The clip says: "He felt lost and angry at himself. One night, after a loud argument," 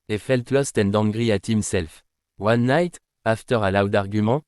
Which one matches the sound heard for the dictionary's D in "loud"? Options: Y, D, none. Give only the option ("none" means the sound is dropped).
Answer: D